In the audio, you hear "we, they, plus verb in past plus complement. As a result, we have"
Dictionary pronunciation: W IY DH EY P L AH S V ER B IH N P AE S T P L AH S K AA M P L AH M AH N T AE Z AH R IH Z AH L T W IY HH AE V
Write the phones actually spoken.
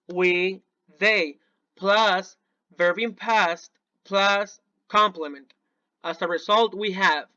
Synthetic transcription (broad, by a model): W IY DH EY P L AH S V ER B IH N P AE S T P L AH S K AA M P L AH M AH N T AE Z AH R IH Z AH L T W IY HH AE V